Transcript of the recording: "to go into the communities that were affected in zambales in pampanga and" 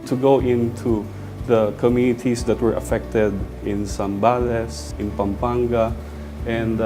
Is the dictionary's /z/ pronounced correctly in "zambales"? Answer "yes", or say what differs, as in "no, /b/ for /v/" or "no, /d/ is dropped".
no, /s/ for /z/